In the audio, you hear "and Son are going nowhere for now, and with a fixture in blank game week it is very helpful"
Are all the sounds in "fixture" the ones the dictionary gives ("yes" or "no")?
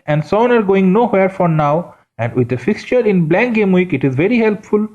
yes